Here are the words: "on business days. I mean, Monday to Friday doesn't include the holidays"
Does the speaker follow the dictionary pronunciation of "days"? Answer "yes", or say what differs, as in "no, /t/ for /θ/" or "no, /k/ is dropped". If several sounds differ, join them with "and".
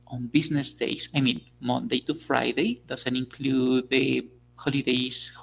no, /s/ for /z/